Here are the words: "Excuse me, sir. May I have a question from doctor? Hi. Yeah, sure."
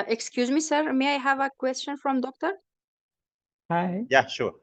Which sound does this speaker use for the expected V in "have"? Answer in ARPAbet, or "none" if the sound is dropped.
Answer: V